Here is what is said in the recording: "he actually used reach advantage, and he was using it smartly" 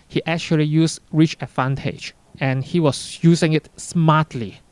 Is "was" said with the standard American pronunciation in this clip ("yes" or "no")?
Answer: no